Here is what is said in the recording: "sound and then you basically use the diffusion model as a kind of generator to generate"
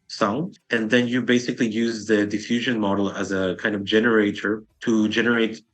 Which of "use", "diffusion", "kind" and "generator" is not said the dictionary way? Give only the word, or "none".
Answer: none